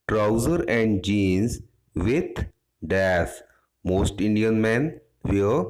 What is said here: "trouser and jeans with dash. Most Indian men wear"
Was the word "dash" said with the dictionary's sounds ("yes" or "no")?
no